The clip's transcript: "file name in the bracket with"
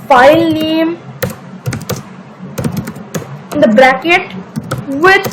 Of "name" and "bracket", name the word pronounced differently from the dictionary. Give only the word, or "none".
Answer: none